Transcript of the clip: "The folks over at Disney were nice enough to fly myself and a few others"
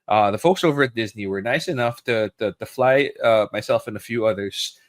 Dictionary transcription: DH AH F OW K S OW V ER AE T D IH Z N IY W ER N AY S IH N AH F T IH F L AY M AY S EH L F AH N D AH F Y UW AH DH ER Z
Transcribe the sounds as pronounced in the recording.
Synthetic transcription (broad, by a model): DH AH F OW K S OW V ER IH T D IH Z N IY W ER N AY S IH N AH F T IH F L AY M AY S EH L F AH N AH F Y UW AH DH ER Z